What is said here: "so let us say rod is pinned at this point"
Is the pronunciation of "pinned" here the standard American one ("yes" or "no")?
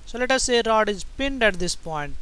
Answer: yes